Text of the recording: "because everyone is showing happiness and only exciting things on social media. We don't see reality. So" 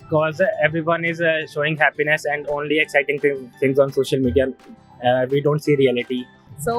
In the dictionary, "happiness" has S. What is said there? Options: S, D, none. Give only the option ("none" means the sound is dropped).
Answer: S